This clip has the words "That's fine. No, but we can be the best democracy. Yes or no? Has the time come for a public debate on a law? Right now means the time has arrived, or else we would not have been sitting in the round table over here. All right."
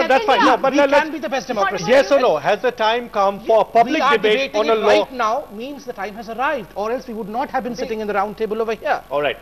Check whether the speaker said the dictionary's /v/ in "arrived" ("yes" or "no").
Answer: yes